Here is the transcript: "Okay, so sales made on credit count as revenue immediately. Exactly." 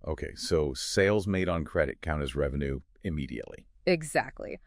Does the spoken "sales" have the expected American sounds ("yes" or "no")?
yes